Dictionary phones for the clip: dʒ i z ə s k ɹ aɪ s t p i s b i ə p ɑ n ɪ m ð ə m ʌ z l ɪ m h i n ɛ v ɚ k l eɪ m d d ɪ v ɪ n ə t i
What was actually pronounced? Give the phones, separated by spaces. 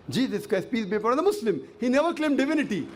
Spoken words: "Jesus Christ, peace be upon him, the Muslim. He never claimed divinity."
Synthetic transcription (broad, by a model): dʒ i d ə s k aɪ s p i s b i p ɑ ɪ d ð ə m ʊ s l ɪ m h i n ɛ v ɚ k l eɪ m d d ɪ v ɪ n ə t i